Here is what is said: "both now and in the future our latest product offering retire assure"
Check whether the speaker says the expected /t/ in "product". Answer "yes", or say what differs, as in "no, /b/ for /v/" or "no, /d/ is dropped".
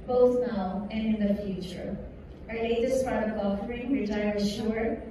no, /t/ is dropped